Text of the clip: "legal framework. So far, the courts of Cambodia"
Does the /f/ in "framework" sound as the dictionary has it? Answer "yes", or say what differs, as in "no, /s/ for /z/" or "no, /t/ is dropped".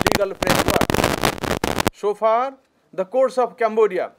no, /p/ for /f/